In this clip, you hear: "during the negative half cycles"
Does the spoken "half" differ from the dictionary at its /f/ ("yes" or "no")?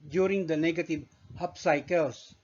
yes